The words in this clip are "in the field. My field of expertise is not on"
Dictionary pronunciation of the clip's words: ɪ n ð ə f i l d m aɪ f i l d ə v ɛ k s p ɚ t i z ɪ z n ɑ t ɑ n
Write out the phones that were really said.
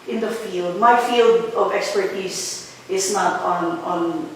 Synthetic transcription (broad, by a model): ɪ n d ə f i l d m aɪ f i l d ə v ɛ k s p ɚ t i s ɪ s n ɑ t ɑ n